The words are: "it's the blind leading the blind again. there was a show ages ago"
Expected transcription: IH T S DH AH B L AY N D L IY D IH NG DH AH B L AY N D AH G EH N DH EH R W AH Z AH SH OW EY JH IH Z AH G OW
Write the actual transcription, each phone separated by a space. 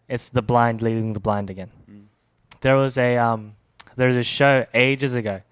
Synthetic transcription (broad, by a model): IH T S DH AH B L AY N D L IY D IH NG DH AH B L AY N D AH G EH N DH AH R W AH Z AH SH OW EY JH IH Z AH G OW